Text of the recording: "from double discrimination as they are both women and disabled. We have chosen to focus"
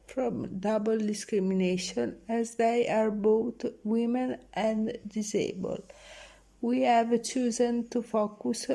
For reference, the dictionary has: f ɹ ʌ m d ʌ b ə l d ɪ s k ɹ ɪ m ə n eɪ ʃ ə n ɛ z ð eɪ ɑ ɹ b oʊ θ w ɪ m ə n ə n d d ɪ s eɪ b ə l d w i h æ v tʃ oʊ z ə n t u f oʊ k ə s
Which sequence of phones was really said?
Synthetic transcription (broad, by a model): f ɹ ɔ m d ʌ b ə l d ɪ s k ɹ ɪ m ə n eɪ ʃ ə n ɛ z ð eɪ ɑ ɹ b oʊ t w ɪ m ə n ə n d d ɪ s eɪ b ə l w i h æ v tʃ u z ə n t u f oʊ k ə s